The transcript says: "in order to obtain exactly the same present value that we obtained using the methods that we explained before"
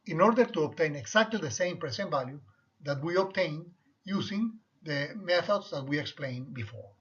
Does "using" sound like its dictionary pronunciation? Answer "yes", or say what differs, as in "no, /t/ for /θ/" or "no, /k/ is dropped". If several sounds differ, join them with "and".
no, /s/ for /z/